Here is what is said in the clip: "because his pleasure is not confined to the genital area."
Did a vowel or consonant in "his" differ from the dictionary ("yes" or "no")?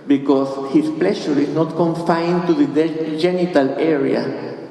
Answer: yes